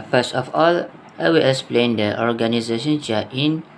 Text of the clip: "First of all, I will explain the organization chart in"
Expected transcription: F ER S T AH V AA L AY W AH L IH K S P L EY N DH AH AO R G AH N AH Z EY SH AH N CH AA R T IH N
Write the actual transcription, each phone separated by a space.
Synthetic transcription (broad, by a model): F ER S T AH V AA L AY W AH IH S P L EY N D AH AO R G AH N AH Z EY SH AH N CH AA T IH N